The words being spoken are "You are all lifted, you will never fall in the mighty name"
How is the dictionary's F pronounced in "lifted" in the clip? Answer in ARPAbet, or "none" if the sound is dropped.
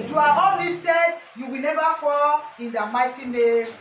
none